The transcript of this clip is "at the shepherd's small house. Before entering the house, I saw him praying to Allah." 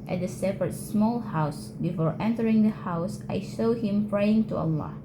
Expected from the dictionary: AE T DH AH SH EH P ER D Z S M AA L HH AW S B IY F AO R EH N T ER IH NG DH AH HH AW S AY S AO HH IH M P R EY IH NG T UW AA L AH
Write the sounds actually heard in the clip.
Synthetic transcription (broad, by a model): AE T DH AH S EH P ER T S M AA L HH AW S B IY F AO R EH N T ER IH NG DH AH HH AW S AY SH AO HH IH M P R EY IH NG T UW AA L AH